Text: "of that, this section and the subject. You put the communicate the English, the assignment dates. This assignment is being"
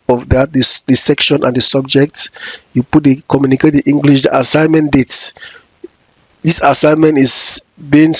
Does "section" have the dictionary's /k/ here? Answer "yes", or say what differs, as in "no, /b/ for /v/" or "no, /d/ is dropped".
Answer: yes